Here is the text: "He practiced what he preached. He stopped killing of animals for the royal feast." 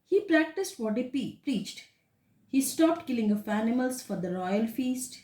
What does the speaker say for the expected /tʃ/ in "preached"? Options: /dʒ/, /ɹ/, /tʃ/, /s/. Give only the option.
/tʃ/